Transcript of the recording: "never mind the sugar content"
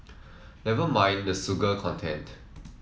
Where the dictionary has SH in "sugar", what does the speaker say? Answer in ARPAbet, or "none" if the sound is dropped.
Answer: S